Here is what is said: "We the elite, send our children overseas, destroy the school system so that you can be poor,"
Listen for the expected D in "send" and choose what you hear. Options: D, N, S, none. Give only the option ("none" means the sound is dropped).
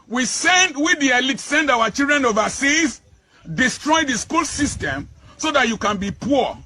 D